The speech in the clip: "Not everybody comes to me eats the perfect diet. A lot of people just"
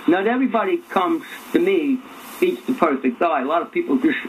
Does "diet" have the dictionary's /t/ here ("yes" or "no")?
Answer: no